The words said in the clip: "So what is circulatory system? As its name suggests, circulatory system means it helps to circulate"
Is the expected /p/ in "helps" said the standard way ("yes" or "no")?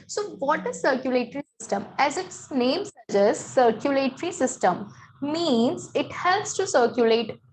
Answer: no